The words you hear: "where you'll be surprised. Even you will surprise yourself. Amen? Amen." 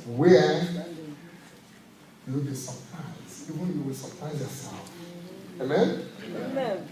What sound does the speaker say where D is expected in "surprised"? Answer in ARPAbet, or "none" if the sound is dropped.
none